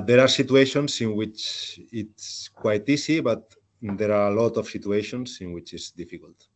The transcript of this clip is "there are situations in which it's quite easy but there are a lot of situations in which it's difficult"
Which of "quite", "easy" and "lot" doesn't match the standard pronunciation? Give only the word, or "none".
easy